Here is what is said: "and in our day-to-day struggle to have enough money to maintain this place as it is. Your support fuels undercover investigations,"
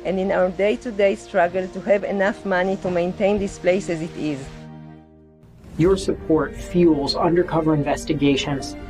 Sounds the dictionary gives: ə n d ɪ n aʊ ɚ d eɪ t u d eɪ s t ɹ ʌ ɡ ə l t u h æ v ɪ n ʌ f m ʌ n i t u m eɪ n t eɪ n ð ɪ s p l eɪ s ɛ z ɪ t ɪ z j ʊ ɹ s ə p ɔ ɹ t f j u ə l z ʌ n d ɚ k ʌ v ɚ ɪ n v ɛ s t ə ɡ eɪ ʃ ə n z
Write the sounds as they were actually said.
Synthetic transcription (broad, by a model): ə n d ɪ n aʊ ɚ d eɪ t u d eɪ s t ɹ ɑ ɡ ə l t u h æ v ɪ n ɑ f m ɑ n i t u m eɪ n t eɪ n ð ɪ s p l eɪ s ɛ z ɪ t ɪ z j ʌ ɹ s ə p ɔ ɹ t f j u l z ʌ n d ɚ k ʌ v ɚ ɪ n v ɛ s t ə ɡ eɪ ʃ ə n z